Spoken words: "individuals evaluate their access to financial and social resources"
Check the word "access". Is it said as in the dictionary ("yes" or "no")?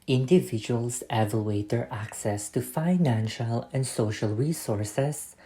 yes